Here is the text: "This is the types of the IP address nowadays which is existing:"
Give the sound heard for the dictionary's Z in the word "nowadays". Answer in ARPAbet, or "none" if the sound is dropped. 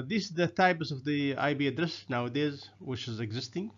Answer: Z